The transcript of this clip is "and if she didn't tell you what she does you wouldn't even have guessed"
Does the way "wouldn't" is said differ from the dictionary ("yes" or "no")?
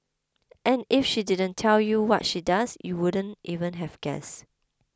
no